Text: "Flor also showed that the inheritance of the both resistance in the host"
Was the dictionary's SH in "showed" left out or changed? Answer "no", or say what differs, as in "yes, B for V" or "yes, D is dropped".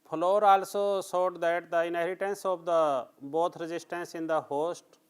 yes, S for SH